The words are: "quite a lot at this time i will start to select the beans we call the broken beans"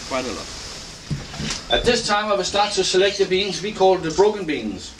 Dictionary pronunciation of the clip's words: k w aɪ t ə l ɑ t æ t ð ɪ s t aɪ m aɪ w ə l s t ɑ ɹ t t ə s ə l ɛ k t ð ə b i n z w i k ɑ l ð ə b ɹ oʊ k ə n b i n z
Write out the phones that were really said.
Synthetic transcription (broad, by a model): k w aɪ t ə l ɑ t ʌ t ð ɪ s t aɪ m aɪ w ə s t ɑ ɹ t s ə s ə l ɛ k t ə b i n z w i k ɑ l ð ə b ɹ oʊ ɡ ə n b i n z